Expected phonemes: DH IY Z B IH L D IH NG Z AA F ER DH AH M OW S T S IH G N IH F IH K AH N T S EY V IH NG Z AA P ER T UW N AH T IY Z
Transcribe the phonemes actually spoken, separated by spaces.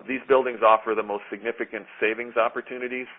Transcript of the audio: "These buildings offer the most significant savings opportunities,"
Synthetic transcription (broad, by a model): DH IY Z B IH L D IH NG Z AA F ER DH AH M OW S T S IH G N IH F IH K AH N T S EY V IH NG Z AA P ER T UW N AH T IY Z